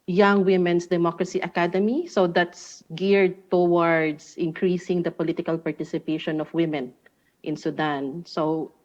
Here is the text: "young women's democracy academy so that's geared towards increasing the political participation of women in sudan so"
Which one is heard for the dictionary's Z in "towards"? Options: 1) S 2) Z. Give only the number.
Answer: 1